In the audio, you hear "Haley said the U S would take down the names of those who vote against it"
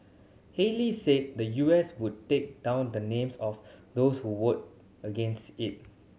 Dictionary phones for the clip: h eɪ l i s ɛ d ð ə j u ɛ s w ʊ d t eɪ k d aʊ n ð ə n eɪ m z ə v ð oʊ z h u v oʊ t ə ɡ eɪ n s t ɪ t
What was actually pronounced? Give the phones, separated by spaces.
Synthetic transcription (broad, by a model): h eɪ l i s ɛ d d ə j u ɛ s w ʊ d t eɪ k d aʊ n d ə n eɪ m s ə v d oʊ s h u w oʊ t ə ɡ eɪ n s t ɪ t